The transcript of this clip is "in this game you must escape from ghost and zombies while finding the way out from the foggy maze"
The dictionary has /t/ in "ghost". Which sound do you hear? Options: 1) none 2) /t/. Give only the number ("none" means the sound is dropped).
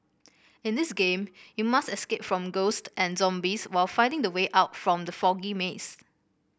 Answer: 2